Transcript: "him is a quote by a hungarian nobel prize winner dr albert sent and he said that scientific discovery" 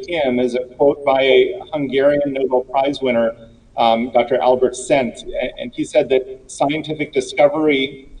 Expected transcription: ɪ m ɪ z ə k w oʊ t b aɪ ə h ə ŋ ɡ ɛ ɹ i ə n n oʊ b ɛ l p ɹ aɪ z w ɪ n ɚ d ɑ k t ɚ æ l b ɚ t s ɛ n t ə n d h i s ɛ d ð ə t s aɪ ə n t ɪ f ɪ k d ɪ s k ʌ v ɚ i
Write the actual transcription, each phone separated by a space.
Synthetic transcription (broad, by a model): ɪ m ɪ z ə k w oʊ t b aɪ ə h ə ŋ ɡ ɛ ɹ i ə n n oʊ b l p ɹ aɪ z w ɪ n ɚ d ɑ k t ɚ æ l b ɚ t s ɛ n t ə n i s ɛ d ð ə t s aɪ ə n t ɪ f ɪ k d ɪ s k ʌ v ɚ i